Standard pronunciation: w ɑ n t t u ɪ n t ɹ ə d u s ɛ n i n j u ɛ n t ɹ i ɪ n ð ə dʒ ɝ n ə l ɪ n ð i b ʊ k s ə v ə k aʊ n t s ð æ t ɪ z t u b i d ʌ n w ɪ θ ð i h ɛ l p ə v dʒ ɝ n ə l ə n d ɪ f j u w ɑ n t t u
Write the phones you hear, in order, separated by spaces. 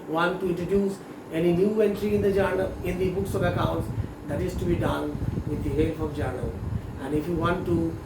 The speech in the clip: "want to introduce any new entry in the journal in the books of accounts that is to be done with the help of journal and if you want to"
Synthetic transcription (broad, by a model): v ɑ n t t u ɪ n t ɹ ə d u s ɛ n i n j u ɛ n t ɹ i ɪ n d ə dʒ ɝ n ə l ɪ n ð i b ʊ k s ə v ə k aʊ n t s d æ t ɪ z t u b i d ʌ n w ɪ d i h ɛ l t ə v dʒ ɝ n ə l ə n d ɪ f j u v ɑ n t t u